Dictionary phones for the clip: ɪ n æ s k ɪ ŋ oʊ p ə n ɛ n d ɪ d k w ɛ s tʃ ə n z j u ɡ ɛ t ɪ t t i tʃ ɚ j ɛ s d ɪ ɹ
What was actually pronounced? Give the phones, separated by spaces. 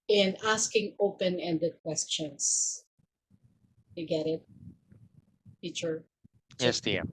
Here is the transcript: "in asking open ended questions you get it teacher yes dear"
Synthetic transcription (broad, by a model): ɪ n æ s k ɪ ŋ oʊ p ə n ɛ n d ɪ d k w ɛ s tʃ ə n s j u ɡ ɛ t ɪ t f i tʃ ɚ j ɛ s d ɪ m